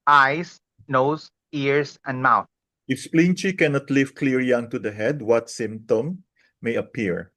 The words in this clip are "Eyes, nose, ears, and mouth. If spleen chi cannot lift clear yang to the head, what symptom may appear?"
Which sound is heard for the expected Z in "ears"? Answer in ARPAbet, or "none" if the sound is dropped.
S